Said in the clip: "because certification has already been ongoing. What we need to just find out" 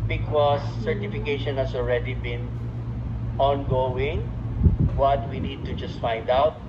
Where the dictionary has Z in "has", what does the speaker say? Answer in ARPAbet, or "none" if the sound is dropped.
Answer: S